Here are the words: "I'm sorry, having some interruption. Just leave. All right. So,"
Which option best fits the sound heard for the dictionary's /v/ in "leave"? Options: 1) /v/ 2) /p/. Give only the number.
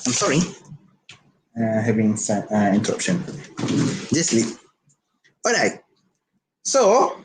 2